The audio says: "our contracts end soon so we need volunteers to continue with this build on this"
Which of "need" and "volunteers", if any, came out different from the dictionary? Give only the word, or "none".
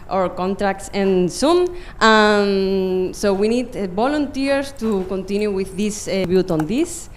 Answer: volunteers